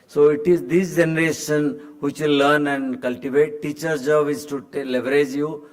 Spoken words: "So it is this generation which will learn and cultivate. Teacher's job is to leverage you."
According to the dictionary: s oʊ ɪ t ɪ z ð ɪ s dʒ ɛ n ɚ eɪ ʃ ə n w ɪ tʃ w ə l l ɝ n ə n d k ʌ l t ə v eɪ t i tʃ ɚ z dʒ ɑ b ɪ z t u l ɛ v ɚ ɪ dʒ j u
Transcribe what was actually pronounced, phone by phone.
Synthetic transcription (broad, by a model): s oʊ ɪ t ɪ z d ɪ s dʒ ɛ n ɚ eɪ ʃ ə n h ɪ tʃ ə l l ɝ n ə n d k ʌ l t ə v eɪ t i tʃ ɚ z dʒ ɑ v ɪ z t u l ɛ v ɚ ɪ dʒ j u